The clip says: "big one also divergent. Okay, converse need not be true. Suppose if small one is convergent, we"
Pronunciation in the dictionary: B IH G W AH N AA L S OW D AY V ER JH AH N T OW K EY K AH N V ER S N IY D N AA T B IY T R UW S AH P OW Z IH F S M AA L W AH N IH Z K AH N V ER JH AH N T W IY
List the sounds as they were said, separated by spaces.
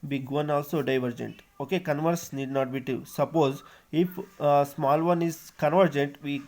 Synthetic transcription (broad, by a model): B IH G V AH N AA L S OW D AY V ER JH AH N T OW K EY K AH N V ER S N IY D N AA T B IY T UW S AH P OW Z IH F S M AA L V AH N IH Z K AH N V ER JH AH N T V IY